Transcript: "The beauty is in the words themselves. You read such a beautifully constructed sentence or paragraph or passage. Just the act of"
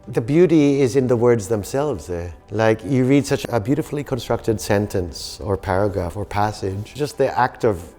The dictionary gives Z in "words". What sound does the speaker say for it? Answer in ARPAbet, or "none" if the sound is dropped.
Z